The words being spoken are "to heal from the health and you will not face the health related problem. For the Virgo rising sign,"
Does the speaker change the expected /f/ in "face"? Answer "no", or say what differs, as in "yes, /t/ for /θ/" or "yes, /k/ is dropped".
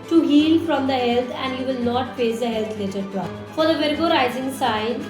yes, /p/ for /f/